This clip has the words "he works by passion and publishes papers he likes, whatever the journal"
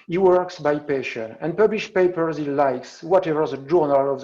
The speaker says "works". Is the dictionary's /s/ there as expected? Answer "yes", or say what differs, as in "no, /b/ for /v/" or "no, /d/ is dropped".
yes